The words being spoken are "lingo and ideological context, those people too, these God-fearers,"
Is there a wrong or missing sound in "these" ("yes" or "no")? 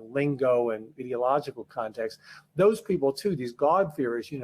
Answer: no